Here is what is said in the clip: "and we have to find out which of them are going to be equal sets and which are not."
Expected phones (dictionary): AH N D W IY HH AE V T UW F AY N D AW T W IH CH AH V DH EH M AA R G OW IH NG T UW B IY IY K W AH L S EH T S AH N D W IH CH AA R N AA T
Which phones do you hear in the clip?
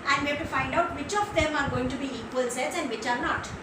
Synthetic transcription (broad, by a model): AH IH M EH B T UW F AY N D AW T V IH CH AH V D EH M AA R G OW IH NG T UW B IY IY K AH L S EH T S AH N D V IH CH AA R N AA T